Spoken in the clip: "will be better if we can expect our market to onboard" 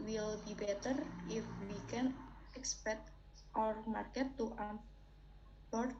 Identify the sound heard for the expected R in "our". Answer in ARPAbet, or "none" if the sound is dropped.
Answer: R